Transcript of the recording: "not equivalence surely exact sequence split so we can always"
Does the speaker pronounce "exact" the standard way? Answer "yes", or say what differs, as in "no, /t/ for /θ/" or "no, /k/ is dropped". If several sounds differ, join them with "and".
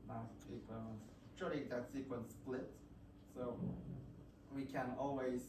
no, /k/ is dropped